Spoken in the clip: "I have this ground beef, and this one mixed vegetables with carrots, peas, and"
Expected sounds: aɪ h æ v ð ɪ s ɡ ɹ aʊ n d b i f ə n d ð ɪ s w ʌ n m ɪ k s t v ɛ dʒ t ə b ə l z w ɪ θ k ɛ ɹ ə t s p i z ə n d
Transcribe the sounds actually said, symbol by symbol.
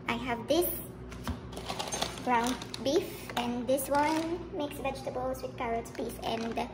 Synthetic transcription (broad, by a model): aɪ h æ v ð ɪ s ɡ ɹ aʊ n d b i f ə n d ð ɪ s w ʌ n m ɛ k s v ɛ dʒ t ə b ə l s w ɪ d k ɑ ɹ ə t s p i s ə n d